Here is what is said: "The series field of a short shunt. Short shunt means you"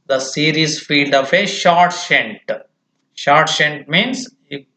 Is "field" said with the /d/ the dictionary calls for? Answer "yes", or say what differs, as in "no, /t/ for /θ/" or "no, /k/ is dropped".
yes